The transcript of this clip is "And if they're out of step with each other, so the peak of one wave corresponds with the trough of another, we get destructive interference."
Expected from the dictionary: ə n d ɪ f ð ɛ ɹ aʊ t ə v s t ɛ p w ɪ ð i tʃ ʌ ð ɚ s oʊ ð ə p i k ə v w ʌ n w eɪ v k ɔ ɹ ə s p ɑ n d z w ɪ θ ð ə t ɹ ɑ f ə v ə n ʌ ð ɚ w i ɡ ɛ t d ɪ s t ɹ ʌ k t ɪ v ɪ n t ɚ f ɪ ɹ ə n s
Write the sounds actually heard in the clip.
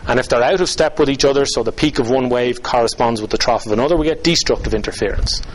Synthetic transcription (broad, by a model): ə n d ɪ f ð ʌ ɹ aʊ t ə v s t ɛ p w ɪ ð i tʃ ʌ ð ɚ s oʊ ð ə p i k ə v w ʌ n w eɪ v k ɔ ɹ ə s p ɑ n d z w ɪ ð ə t ɹ ɑ f ə v ə n ʌ ð ɚ w i ɡ ɛ t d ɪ s t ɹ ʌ k t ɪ v ɪ n t ɚ f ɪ ɹ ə n s